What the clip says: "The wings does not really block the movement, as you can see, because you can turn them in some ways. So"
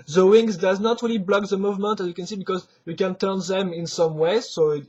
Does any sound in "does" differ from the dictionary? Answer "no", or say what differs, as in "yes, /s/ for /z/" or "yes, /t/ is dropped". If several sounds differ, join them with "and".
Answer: no